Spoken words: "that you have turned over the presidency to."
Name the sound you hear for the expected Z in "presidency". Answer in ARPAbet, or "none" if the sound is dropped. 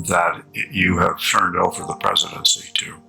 Z